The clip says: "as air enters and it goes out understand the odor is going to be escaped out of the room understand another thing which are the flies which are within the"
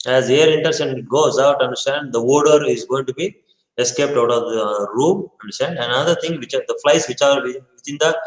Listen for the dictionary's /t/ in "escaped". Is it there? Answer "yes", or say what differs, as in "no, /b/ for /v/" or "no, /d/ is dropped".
yes